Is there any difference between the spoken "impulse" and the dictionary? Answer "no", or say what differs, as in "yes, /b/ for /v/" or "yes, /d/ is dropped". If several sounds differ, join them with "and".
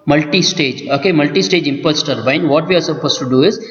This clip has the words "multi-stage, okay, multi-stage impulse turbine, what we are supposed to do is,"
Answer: yes, /l/ is dropped